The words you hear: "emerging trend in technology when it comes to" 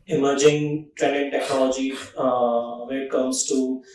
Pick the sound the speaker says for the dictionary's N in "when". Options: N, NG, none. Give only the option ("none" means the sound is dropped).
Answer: none